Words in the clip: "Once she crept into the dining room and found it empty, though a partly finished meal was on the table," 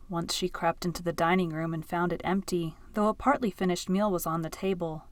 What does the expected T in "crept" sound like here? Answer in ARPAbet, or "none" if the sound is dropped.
T